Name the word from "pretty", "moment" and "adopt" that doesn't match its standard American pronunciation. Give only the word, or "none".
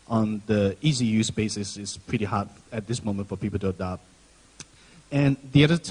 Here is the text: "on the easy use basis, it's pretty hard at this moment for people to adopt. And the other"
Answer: adopt